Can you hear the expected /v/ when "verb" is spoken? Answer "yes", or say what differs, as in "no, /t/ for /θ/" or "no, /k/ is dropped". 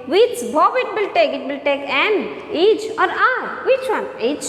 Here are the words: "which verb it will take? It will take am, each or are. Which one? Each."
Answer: no, /b/ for /v/